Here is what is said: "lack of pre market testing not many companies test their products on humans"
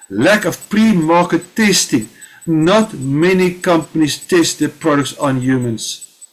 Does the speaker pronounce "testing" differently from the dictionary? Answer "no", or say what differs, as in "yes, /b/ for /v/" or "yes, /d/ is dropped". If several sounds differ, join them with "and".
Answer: no